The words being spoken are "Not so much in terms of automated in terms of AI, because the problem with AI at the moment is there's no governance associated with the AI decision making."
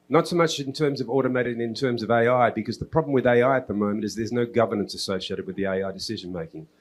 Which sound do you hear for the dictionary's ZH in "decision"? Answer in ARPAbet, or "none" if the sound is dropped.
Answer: ZH